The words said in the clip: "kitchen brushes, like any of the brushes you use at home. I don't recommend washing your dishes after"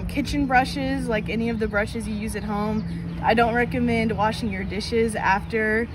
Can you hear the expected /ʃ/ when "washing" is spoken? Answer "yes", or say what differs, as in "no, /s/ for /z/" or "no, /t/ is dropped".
yes